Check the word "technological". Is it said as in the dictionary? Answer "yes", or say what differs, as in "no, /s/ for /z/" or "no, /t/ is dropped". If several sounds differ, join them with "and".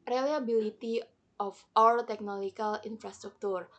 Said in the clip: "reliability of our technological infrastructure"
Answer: no, /dʒ/ is dropped